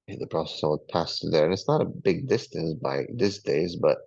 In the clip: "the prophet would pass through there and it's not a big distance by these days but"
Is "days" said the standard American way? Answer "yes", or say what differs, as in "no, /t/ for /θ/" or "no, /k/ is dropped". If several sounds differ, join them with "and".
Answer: yes